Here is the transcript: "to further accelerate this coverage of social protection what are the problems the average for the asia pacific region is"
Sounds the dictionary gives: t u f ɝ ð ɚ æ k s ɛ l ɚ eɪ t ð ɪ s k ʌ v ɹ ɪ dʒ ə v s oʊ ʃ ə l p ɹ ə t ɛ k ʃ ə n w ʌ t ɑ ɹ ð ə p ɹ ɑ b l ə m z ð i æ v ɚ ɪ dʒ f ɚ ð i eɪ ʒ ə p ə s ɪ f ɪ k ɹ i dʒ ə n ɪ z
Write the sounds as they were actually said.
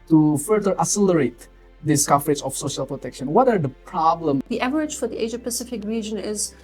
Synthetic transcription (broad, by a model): t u f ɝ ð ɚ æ s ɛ l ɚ eɪ t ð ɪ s k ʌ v ɹ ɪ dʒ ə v s oʊ ʃ ə l p ɹ ə t ɛ k ʃ ə n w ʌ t ɑ ɹ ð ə p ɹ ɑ b l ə m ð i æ v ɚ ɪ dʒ f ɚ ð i eɪ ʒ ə p ə s ɪ f ɪ k ɹ i dʒ ə n ɪ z